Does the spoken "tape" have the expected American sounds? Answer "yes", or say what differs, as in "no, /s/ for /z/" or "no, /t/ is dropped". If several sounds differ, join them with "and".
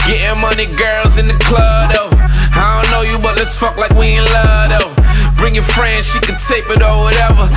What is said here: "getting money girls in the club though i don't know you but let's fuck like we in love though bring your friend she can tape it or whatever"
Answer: yes